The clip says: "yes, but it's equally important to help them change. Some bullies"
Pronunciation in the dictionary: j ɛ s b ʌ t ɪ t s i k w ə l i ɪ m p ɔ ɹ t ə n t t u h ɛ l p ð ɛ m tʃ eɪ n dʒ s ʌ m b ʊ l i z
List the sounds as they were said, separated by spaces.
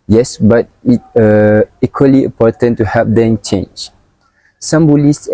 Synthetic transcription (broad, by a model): j ɛ s b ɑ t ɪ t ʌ i k w ə l i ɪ m p ɔ t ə n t t u h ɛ p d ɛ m tʃ eɪ n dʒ s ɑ m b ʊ l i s